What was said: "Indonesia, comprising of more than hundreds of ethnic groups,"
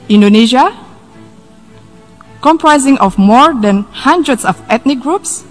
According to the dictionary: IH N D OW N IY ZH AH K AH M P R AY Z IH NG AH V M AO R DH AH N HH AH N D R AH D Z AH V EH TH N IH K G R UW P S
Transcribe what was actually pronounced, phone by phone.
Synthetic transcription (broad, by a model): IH N D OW N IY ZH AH K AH M P R AY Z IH NG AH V M AO R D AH N HH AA N D R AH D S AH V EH T N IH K G R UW P S